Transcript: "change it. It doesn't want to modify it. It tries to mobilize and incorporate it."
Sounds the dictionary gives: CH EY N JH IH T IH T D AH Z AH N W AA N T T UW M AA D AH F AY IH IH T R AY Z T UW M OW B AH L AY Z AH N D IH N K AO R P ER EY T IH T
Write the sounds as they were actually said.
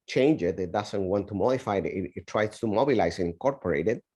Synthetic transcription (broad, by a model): CH EY N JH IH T IH T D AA S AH N W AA N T T UW M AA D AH F AY IH IH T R AY S T UW M OW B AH L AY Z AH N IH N K AO R P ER EY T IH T